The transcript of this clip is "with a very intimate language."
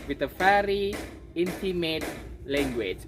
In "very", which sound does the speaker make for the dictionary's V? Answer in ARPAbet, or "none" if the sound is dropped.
F